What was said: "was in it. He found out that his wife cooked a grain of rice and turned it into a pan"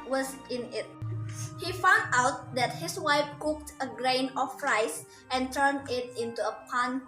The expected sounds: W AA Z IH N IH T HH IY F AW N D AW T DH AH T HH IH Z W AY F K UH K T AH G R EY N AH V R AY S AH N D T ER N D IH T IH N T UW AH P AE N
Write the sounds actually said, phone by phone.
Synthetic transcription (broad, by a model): W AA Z IH N IH T HH IY F AW N D AW T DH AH T HH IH S W AY F K UH K T AH G R EY N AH F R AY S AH N T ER N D IH T IH N T UW AH P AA N